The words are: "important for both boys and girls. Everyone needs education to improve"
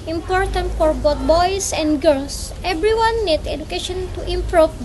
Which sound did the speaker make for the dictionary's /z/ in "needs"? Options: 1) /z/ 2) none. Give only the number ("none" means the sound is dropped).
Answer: 2